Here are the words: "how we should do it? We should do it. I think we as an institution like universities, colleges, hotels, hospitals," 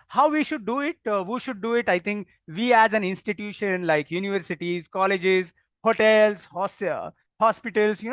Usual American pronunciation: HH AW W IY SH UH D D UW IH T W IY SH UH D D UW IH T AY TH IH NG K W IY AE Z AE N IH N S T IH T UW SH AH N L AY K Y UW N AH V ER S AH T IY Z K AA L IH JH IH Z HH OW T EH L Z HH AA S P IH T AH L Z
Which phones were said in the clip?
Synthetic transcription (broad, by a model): HH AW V IY SH UH D D UW IH T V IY SH UH D D UW IH T AY T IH NG K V IY AE Z AE N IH N S T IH T UW SH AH N L AY K Y UW N AH V ER S AH T IY Z K AA L IH JH IH Z HH OW T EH L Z HH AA S P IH T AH L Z